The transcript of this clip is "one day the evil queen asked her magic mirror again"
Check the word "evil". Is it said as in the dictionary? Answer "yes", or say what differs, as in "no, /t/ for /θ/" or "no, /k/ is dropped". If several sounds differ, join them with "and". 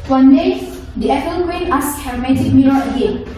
no, /p/ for /v/